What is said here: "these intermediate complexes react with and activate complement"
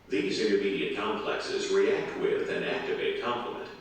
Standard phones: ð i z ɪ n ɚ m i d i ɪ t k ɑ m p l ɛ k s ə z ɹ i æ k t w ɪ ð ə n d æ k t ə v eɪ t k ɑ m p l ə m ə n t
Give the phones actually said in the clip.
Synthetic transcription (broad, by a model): ð i z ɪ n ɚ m i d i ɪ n k ɑ m p l ɛ k s ə z ɹ i æ k t w ɪ ð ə n æ k t ə v eɪ t k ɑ m p l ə m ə n t